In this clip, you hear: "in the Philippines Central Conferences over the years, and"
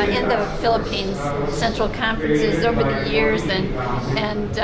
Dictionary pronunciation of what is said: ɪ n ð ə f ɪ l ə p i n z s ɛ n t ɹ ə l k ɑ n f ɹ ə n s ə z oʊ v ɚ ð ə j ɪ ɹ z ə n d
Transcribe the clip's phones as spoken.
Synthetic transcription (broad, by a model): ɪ n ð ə f ɪ l ə p i n z s ɛ n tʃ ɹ l k ɑ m f ɹ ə n s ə z oʊ v ɚ ð ə j ɪ ɹ z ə n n